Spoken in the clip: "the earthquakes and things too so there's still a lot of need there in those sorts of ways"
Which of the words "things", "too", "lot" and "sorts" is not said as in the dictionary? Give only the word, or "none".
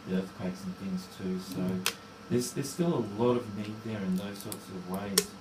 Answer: none